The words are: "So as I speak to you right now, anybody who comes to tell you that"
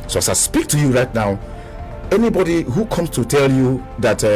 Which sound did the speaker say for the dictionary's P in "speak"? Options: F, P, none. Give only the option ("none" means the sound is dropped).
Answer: P